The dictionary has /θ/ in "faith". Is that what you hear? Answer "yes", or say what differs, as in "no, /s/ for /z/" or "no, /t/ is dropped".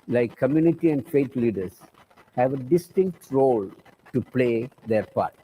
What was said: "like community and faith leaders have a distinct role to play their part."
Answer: no, /t/ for /θ/